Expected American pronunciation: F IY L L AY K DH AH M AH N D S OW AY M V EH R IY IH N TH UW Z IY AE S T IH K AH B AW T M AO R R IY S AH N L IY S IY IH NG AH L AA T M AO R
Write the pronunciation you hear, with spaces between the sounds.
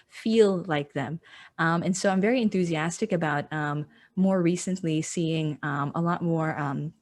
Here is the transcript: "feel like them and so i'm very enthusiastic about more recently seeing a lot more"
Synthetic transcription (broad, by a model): F IY L L AY K DH AH M AH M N S OW AY M V EH R IY IH N TH UW Z IY AE S T IH K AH B AW T M AO R R IY S AH N L IY S IY IH NG AH L AA T M AO R